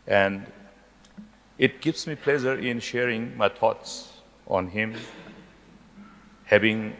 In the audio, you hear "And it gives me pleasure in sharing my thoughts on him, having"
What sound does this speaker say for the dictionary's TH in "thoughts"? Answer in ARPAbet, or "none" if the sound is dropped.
T